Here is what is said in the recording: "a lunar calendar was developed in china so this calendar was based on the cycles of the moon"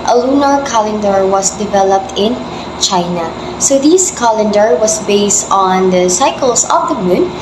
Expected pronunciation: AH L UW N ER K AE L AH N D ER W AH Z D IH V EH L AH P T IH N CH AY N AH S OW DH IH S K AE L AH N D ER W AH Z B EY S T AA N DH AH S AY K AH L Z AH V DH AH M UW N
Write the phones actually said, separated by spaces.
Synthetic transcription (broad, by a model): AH L UW N ER K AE L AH N D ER W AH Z D IH V EH L AH P T IH N CH AY N AH S OW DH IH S K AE L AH N D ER W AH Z B EY S T AA N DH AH S AY K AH L S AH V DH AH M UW N